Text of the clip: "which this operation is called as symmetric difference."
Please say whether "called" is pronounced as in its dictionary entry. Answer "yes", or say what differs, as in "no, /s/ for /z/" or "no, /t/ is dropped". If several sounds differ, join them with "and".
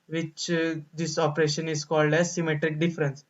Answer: yes